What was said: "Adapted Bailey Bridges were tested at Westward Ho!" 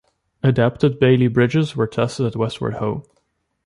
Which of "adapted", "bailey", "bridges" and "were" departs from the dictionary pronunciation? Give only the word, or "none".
none